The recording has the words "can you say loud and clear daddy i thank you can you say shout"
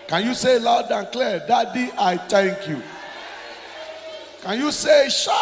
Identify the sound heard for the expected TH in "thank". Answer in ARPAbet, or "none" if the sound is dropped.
T